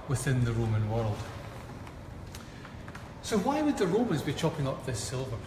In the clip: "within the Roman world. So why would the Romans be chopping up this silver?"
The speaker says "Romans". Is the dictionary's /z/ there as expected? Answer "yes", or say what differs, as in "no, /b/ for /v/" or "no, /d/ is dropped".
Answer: yes